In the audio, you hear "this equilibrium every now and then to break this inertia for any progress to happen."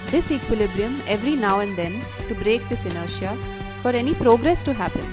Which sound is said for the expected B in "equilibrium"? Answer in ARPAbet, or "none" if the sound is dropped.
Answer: B